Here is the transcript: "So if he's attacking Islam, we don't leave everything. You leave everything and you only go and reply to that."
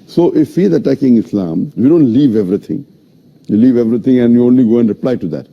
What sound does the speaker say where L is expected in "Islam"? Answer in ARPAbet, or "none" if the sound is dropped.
L